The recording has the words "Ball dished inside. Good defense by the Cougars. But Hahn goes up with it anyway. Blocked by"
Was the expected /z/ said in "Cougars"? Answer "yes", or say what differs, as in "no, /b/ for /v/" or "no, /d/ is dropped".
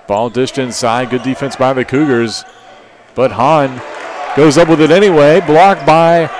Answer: yes